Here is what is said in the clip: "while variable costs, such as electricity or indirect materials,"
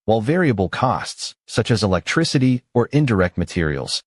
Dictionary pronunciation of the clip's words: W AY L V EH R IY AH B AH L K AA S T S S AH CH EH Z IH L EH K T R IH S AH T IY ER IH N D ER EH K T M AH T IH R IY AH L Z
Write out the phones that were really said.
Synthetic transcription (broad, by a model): W AY L V EH R IY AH B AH L K AA S T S S AH CH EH Z IH L EH K T R IH S AH T IY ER IH N D ER EH K T M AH T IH R IY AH L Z